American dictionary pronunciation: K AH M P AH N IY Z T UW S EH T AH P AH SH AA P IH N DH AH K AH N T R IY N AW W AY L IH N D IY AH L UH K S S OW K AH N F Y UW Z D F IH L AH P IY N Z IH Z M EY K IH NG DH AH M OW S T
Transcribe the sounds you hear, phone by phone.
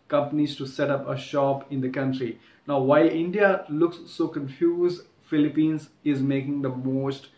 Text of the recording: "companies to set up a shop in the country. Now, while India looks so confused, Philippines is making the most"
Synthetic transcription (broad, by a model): K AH M P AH N IY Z T UW S EH T AH P AH SH AA P IH N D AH K AH N T R IY N AW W AY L IH N D IY AH L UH K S S OW K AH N F Y UW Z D F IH L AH P IY N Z IH Z M EY K IH NG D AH M OW S T